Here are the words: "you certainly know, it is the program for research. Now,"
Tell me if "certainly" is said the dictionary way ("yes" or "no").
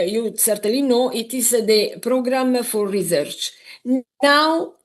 no